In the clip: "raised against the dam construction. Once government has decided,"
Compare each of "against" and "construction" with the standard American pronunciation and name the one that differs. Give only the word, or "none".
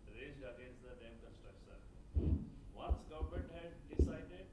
construction